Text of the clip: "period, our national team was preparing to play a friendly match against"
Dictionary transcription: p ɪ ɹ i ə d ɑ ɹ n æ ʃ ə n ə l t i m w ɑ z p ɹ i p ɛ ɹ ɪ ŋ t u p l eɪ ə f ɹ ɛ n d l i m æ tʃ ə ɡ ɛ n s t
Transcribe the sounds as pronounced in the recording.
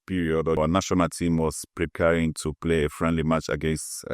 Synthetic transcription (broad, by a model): p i ɹ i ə d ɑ w n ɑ ʃ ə n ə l t i m w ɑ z p ɹ i p ɛ ɹ ɪ ŋ t u p l eɪ ə f ɹ ɛ n d l i m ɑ tʃ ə ɡ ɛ n s t